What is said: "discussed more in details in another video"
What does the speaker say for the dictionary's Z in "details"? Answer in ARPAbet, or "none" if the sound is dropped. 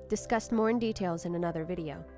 Z